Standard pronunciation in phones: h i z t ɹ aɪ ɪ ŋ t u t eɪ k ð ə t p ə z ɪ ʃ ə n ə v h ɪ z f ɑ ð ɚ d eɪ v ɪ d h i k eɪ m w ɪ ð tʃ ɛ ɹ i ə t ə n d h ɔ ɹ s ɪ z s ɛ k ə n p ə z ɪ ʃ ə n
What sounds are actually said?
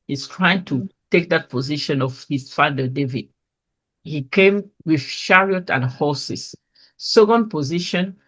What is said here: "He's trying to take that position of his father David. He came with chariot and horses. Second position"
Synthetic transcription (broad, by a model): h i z t ɹ aɪ ɪ ŋ t u t eɪ k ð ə t p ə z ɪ ʃ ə n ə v h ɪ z f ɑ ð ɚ d eɪ v ɪ d h i k eɪ m w ɪ ð ʃ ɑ ɹ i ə t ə n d h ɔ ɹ s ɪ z s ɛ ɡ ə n p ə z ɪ ʃ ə n